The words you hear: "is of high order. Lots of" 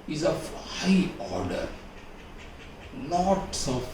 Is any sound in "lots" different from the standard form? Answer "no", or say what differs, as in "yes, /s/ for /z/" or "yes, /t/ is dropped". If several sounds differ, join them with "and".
yes, /n/ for /l/